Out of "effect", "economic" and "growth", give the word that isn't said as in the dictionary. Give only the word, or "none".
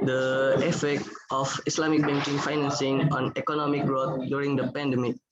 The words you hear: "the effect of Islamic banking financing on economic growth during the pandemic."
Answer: growth